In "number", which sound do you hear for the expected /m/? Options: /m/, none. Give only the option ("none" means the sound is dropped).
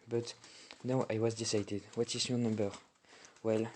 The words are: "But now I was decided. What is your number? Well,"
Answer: /m/